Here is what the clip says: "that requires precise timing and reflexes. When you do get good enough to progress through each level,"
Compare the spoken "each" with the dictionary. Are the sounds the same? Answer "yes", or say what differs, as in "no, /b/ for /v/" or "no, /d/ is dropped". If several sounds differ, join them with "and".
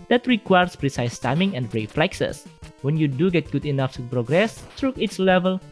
no, /s/ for /tʃ/